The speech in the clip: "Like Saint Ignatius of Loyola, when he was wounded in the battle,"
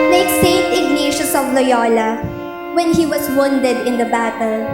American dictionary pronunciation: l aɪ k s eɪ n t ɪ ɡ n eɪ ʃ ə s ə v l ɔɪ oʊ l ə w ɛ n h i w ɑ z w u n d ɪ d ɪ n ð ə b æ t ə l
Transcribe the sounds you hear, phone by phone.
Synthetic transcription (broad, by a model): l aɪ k s eɪ n t ɪ ɡ n eɪ ʃ ə s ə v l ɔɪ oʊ l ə w ɛ n h i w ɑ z w u n d ɪ d ɪ n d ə b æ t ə l